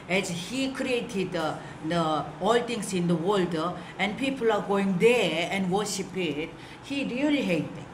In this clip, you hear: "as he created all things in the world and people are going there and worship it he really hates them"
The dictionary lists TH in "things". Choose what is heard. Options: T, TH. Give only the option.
T